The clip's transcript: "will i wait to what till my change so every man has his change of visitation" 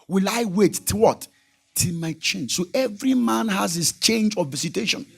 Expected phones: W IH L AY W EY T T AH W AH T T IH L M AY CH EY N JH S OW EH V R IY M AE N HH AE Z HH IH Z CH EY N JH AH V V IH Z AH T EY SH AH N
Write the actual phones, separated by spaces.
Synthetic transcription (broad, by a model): W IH L AY W EY T T AH W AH T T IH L M AY CH EY N JH S OW EH V R IY M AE N HH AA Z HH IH S CH EY N JH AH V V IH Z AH T EY SH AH N